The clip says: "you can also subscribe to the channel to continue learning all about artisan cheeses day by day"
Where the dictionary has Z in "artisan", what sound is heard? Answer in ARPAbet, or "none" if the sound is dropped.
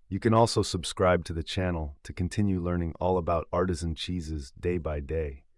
Z